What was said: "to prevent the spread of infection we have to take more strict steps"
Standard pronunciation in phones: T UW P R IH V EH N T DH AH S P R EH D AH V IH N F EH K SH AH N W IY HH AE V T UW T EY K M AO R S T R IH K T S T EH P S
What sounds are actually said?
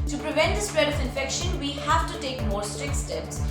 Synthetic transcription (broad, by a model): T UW P R IH V EH N T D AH S P R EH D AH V IH N F EH K SH AH N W IY HH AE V T UW T EY K M AO R S T R IH K T S T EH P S